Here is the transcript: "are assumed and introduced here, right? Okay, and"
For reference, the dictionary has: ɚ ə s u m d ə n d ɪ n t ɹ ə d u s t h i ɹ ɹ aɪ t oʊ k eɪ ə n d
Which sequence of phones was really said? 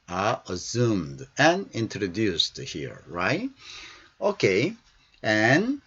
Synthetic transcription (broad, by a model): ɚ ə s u m d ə n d ɪ n t ɹ ə d u s t h i ɹ ɹ aɪ t oʊ k eɪ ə n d